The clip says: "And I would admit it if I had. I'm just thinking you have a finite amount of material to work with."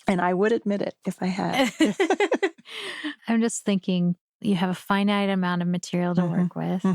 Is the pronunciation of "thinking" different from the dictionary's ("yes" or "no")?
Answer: no